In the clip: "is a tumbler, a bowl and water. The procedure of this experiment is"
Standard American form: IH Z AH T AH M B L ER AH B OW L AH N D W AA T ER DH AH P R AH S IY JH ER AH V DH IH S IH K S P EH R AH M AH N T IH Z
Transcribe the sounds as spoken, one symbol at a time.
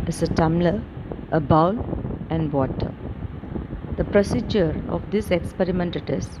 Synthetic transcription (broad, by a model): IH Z AH T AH M L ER AH B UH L AH N D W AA T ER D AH P R AH S IY JH ER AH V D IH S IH K S P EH R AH M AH N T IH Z